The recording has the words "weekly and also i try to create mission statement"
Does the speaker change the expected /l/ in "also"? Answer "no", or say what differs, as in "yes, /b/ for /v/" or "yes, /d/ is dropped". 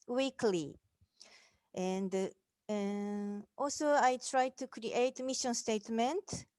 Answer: no